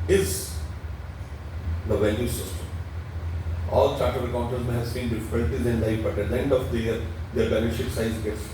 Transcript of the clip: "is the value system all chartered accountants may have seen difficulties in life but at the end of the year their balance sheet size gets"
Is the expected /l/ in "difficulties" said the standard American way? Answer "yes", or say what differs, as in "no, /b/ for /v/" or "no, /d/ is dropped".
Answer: no, /n/ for /l/